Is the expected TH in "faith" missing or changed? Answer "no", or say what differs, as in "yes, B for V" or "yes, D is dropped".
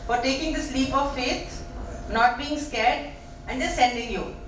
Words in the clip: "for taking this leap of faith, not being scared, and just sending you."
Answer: yes, T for TH